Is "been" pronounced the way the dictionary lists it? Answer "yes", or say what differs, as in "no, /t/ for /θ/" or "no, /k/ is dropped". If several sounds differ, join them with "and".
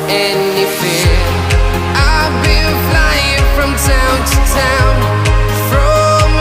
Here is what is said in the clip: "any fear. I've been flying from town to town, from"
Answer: no, /l/ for /n/